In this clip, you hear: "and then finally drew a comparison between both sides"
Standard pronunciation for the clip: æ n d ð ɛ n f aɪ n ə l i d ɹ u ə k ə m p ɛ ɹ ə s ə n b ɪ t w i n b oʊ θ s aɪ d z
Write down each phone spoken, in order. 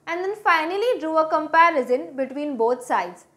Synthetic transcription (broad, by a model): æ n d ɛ n f aɪ n ə l i d ɹ u ə k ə m p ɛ ɹ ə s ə n b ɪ t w i n b oʊ t s aɪ d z